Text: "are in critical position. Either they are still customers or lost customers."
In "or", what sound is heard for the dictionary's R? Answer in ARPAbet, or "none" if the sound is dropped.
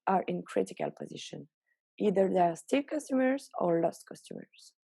R